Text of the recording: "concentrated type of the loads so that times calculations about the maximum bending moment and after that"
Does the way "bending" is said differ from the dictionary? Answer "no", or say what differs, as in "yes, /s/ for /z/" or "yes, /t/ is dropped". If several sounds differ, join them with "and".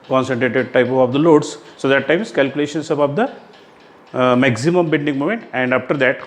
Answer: yes, /l/ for /n/